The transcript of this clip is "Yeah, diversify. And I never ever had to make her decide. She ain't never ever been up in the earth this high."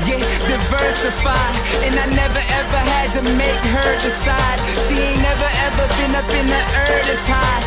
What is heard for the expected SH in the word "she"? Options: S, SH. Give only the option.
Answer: S